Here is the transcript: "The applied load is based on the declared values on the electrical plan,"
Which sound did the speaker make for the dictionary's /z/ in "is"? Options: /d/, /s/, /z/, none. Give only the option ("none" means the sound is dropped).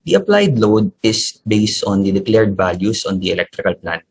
/s/